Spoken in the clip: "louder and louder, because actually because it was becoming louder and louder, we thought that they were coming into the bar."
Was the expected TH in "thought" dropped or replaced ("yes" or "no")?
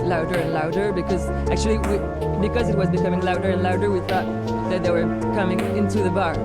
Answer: no